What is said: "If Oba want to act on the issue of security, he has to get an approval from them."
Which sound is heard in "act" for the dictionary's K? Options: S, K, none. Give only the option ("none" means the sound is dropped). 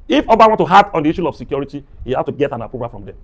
none